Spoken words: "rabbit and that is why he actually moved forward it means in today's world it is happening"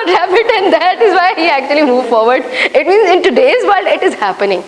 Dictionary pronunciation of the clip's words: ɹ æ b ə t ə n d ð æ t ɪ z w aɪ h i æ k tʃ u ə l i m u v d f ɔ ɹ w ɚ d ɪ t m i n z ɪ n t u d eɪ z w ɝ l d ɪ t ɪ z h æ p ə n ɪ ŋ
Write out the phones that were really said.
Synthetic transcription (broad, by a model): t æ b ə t ə n d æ t ɪ z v aɪ h i æ k tʃ u ə l i m u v f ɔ ɹ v ɚ d ɪ t m i n z ɪ n t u d eɪ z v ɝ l d ɪ t ɪ z h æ p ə n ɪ ŋ